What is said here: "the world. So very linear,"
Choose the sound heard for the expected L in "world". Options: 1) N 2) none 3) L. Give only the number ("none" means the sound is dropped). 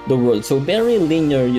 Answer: 2